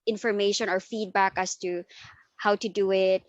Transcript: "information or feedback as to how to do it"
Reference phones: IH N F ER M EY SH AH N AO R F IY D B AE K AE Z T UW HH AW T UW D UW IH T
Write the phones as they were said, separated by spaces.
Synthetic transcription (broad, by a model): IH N F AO M EY SH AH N AO R F IY D B AE K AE S T UW HH AW T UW D UW IH T